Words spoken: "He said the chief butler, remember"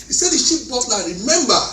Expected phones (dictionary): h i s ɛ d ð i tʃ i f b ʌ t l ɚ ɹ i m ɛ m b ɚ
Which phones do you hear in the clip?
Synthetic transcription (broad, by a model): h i s ɛ d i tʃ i p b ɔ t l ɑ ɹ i m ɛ m b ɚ